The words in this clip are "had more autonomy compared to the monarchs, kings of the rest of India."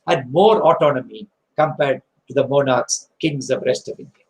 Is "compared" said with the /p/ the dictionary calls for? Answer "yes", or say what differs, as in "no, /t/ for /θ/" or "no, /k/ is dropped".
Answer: yes